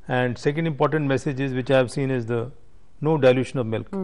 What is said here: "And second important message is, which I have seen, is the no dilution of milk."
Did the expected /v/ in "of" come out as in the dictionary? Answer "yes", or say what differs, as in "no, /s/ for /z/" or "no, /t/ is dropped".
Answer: yes